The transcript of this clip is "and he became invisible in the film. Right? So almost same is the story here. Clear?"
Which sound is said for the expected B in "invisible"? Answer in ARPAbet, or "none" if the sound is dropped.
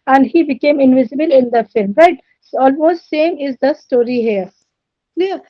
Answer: B